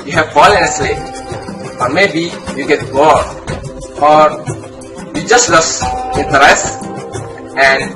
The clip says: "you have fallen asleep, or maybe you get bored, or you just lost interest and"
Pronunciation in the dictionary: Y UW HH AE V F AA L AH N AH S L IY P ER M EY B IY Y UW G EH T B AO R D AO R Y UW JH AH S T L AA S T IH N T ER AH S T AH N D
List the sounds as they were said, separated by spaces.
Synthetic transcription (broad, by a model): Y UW HH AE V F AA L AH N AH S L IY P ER M EY B IY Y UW G EH T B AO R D AO R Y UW JH AH S T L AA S IH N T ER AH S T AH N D